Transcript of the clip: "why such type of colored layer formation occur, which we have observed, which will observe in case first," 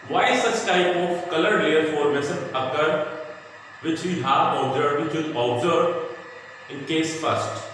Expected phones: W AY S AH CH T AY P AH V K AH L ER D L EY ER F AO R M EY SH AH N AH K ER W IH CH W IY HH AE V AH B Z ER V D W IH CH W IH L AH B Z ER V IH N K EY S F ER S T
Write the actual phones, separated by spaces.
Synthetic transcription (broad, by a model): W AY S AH S T AY P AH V K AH L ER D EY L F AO R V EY S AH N AH K ER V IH CH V IY HH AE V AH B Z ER D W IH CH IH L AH B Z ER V IH N K EY S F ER S T